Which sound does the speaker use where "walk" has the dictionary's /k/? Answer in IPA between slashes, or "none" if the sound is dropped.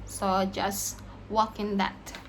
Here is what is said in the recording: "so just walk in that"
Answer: /k/